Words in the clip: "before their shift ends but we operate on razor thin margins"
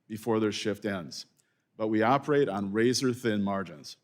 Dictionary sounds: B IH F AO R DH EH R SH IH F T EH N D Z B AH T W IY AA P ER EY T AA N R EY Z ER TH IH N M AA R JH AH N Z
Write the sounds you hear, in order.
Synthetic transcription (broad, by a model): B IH F AO R DH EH R SH IH F T EH N D Z B AH T W IY AA P ER EY T N R EY Z ER TH IH N M AA R JH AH N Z